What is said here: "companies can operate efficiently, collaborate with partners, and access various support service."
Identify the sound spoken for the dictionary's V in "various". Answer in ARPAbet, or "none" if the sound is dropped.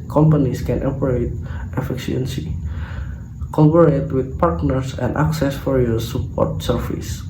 F